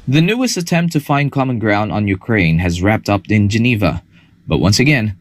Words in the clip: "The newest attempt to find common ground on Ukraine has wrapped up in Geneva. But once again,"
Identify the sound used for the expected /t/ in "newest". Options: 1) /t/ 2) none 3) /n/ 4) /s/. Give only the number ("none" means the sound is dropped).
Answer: 2